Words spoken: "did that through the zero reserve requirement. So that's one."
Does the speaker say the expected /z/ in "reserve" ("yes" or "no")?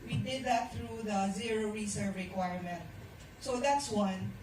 no